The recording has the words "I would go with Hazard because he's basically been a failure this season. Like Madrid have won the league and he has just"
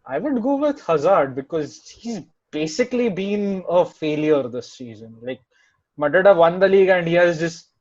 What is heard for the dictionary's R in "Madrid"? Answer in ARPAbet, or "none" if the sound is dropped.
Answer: none